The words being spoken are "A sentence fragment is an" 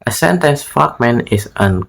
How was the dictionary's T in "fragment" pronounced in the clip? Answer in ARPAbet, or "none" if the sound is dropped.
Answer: none